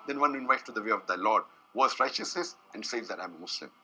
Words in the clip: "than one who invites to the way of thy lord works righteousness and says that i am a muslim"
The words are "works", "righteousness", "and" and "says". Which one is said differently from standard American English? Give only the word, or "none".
works